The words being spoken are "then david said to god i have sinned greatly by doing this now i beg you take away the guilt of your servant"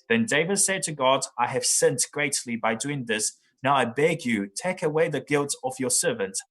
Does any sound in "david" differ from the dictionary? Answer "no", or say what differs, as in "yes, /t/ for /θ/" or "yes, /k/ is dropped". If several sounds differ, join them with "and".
no